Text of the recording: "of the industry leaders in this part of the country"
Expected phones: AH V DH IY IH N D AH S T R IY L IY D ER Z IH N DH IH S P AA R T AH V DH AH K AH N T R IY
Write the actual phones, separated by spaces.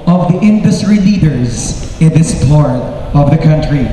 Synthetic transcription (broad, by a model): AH V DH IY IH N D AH S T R IY L IY D ER Z IH N DH IH S P AA R T AH V DH AH K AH N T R IY